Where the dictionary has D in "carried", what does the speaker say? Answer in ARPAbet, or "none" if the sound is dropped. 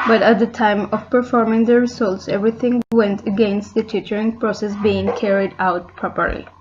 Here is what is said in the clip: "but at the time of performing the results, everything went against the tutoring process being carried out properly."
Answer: D